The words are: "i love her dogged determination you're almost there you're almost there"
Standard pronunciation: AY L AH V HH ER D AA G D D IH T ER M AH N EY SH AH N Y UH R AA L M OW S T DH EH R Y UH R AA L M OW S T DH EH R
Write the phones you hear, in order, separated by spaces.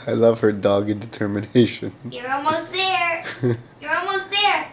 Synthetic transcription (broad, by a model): AY L AH V HH ER D AA G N D IH T ER M AH N EY SH AH N Y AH R AA L M OW S T DH EH R Y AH R AA L M OW S T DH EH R